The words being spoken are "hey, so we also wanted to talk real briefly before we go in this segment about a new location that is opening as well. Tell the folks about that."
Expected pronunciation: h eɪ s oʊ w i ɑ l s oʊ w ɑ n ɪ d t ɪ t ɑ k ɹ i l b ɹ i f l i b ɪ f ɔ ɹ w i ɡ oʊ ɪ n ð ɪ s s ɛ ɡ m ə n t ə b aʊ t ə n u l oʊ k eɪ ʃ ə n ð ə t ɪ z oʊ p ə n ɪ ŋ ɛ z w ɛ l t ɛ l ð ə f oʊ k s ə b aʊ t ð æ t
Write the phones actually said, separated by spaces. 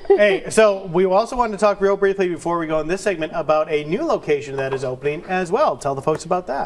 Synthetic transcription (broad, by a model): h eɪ s oʊ w i ɑ l s oʊ w ɑ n t ɪ t ɑ k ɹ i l b ɹ i f l i b ɪ f ɔ ɹ w i ɡ oʊ ɪ n ð ɪ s s ɛ ɡ m ə n t ə b aʊ t ə n u l oʊ k eɪ ʃ ə n ð ə t ɪ z oʊ p ə n ɪ ŋ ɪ z w ɛ l t ɛ l ð ə f oʊ k s ə b aʊ t ð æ t